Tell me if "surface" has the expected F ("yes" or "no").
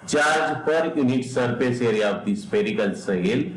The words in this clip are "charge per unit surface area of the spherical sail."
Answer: no